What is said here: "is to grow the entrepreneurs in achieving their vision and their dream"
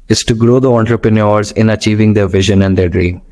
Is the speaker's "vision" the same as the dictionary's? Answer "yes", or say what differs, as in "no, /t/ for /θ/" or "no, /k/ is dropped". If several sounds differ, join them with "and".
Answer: yes